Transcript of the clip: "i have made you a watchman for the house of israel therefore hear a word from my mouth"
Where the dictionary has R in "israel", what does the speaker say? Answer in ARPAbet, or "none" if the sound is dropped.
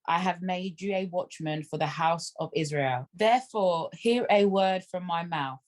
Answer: R